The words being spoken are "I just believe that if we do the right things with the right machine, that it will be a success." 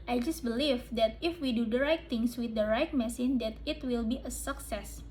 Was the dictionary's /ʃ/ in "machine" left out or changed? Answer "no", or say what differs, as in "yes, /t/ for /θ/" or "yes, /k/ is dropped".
yes, /s/ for /ʃ/